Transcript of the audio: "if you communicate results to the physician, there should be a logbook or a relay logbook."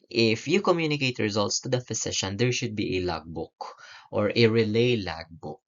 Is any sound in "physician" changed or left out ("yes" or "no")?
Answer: yes